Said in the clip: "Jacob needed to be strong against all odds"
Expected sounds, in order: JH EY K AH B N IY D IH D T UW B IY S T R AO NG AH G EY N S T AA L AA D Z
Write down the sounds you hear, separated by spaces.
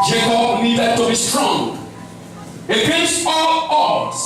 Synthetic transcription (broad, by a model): JH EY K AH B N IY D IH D T UW B IY S T R AO NG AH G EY S AA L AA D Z